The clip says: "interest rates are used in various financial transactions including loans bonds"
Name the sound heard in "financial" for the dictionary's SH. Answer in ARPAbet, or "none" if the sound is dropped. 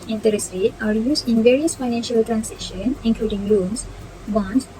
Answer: SH